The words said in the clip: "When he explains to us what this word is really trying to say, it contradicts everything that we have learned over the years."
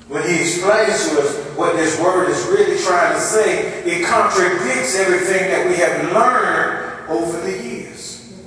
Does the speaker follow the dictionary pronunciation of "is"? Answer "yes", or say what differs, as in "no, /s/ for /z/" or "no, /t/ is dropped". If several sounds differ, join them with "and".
yes